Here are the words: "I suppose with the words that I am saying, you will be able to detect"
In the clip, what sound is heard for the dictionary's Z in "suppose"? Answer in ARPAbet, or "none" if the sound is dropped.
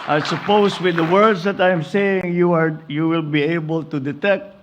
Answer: S